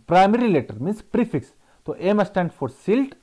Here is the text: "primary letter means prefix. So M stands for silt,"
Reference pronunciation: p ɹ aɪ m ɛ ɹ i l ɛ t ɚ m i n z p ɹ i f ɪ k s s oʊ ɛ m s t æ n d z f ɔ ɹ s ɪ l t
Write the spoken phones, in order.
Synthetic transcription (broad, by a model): p ɹ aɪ m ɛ ɹ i l ɛ t ɚ m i n s p ɹ i f ɪ k s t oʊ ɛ m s t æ n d f ɔ ɹ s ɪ l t